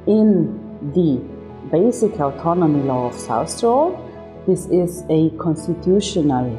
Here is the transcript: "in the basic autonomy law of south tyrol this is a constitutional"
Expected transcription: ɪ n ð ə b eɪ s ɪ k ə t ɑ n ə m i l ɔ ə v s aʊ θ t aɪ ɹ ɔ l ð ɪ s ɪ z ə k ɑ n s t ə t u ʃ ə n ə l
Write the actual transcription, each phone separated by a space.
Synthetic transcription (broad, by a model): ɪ n ð ə b eɪ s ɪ k ə t ɑ n ə m i l ɔ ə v s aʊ s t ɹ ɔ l ð ɪ s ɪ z ə k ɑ n s t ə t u ʃ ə n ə l